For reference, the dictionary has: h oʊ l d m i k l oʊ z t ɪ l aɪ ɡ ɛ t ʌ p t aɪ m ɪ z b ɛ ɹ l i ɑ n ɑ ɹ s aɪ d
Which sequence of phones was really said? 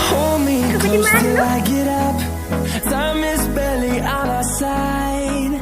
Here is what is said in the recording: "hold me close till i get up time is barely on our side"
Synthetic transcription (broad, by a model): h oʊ l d m i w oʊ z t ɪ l aɪ ɡ ɛ t ʌ p s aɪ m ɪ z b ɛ l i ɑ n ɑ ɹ s aɪ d